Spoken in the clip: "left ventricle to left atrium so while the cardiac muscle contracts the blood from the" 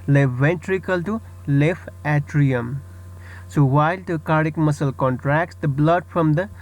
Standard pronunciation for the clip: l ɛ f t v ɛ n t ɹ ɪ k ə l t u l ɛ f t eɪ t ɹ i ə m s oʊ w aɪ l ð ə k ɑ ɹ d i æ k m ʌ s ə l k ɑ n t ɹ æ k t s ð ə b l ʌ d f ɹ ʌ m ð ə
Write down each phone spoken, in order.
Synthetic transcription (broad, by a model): l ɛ v ɛ n t ɹ ɪ k ə l t u l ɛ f eɪ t ɹ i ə m s oʊ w aɪ l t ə k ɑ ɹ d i k m ʌ s ə l k ɑ n t ɹ æ k t s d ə b l ʌ d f ɹ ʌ m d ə